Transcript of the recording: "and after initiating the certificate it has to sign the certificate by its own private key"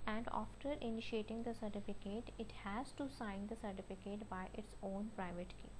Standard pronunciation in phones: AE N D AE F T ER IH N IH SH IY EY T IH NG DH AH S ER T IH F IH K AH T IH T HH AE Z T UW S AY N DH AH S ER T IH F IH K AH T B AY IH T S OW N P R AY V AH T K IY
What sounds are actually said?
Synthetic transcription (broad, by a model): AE N D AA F T ER IH N IH SH IY EY T IH NG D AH S ER T IH F IH K AH T IH T HH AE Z T UW S AY N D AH S ER T IH F IH K AH T B AY IH T S OW N P R AY V AH T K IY